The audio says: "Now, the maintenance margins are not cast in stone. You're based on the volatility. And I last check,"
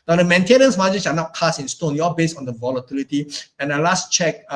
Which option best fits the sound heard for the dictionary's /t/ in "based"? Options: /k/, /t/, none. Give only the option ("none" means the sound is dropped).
none